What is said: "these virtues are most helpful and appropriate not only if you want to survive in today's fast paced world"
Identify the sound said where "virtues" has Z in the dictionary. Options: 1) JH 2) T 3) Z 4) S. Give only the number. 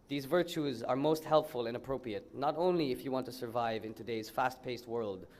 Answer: 3